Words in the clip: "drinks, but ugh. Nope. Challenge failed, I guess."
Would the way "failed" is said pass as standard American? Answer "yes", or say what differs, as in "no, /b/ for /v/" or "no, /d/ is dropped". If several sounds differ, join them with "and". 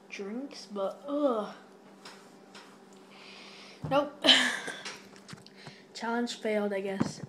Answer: yes